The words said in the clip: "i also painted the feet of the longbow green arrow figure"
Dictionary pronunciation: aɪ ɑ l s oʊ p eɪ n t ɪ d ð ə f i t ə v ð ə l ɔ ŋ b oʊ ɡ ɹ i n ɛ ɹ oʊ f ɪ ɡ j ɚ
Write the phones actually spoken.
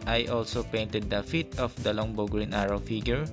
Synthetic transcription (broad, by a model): aɪ ɑ l s oʊ p eɪ n t ɪ d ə f i t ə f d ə l ɔ ŋ b oʊ ɡ ɹ i n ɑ ɹ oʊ f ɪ ɡ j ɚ